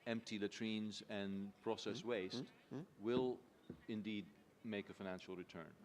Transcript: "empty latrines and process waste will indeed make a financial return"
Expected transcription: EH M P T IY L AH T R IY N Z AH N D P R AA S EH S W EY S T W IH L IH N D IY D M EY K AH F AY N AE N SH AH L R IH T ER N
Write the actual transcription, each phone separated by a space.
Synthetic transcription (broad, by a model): EH M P T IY L AH T R IY N Z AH N P R AA S EH S W EY S T W IH L IH N D IY D M EY K AH F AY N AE N SH L R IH T ER N